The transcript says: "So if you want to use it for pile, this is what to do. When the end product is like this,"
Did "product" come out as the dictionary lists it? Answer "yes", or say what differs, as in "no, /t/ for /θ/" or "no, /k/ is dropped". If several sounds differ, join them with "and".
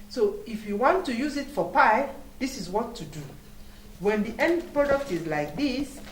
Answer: yes